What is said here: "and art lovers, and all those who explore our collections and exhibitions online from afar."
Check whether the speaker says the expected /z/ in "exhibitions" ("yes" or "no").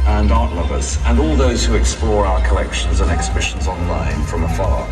yes